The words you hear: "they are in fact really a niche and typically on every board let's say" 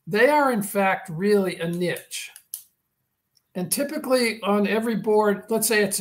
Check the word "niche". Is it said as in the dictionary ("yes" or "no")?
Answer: yes